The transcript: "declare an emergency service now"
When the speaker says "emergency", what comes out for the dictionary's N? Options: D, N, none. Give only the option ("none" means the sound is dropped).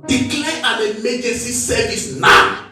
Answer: none